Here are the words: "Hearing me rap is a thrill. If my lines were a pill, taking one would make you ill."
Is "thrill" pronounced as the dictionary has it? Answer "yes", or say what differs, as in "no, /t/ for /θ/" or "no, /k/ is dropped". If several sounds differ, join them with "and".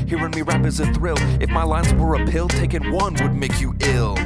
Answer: yes